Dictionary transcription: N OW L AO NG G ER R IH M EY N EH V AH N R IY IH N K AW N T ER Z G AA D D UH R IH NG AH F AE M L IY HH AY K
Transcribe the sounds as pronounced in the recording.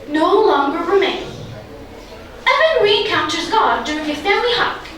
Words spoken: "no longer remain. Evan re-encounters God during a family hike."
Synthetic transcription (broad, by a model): N OW L AO NG G ER R IH M EY N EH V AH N R IY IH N K AW N T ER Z G AA D D UH R IH NG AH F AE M L IY HH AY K